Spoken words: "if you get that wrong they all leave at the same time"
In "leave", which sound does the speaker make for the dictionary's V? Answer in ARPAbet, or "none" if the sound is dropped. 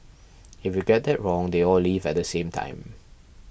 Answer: V